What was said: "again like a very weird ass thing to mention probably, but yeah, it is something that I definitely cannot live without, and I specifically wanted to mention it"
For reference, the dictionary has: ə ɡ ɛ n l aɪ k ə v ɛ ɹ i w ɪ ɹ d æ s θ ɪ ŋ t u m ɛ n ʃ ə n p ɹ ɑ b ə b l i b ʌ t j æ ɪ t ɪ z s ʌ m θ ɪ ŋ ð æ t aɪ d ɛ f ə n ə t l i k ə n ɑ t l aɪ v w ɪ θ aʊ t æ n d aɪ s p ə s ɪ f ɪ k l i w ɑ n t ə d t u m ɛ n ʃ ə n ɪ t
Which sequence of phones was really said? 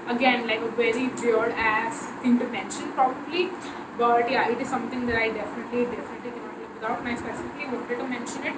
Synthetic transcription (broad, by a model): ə ɡ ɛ n l aɪ k ə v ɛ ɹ i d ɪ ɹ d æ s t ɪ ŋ t u m ɛ n ʃ ə n p ɹ ɑ b ə b l i b ʌ t j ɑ ɪ t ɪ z s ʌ m t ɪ ŋ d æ t aɪ d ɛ f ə n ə t l i k ə n ɑ t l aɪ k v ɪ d aʊ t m aɪ s p ə s ɪ f ɪ k l i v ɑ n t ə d t u m ɛ n ʃ ə n ɪ t